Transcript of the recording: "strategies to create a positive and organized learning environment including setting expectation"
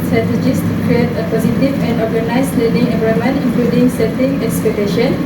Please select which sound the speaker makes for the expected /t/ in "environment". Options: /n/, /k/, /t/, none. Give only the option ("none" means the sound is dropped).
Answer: none